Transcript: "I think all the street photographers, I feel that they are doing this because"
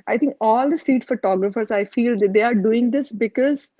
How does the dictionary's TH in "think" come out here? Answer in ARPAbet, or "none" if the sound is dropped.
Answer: T